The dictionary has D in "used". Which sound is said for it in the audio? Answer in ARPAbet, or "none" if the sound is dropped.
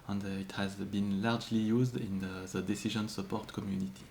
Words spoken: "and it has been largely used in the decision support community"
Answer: D